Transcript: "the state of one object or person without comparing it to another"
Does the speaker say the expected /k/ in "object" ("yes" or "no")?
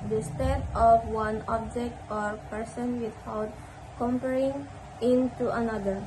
yes